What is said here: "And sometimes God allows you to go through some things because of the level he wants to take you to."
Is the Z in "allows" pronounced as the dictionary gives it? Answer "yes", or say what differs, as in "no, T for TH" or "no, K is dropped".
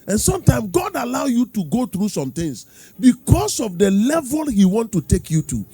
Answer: no, Z is dropped